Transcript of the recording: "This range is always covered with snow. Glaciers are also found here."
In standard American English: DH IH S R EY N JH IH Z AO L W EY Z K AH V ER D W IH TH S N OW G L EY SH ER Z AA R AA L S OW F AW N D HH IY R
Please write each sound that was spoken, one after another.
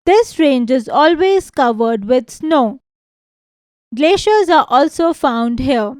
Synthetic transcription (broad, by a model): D IH S R EY N JH IH Z AO L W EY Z K AH V ER D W IH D S N OW G L EY SH ER Z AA R AA L S OW F AW N D HH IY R